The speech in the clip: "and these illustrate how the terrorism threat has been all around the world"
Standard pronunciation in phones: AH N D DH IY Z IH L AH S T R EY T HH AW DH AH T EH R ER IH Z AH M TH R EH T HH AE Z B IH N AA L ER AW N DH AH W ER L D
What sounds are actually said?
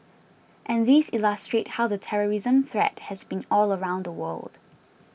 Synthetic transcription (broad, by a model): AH N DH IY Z IH L AH S T R EY T HH AW DH AH T EH R ER IH Z AH M TH R EH T HH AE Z B IH N AA L ER AW N DH AH W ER L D